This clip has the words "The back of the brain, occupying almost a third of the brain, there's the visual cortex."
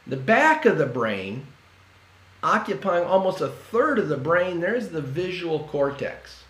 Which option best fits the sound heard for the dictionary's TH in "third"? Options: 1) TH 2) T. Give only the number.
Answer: 1